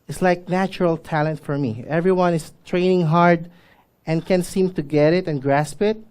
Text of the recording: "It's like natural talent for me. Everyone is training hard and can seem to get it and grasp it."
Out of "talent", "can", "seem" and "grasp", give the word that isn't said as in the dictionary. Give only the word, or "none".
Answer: none